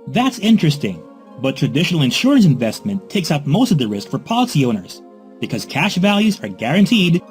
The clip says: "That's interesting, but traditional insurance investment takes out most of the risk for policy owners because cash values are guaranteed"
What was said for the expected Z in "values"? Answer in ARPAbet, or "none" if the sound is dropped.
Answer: Z